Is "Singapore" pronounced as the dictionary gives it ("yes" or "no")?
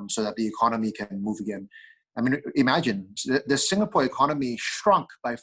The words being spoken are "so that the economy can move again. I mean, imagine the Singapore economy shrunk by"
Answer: yes